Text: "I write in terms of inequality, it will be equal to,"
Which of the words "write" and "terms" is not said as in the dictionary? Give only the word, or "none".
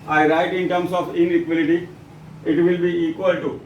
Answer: terms